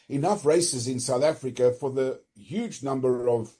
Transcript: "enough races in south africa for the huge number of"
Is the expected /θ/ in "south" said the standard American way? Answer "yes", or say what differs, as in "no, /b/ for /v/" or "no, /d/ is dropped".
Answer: yes